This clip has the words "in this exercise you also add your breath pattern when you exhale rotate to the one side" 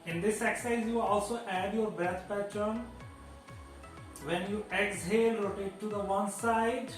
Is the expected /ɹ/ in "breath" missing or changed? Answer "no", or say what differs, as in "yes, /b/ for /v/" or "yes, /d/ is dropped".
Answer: yes, /ɹ/ is dropped